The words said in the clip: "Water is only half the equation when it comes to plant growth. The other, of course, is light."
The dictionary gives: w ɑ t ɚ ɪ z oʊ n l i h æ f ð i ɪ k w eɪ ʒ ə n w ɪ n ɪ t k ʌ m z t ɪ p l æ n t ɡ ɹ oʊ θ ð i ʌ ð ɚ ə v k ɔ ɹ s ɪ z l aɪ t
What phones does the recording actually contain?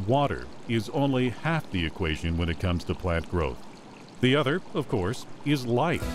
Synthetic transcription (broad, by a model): w ɑ t ɚ ɪ z oʊ n l i h æ f ð i ɪ k w eɪ ʒ ə n w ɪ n ɪ t k ʌ m z t ɪ p l æ n t ɡ ɹ oʊ θ ð i ʌ ð ɚ ə v k ɔ ɹ s ɪ z l aɪ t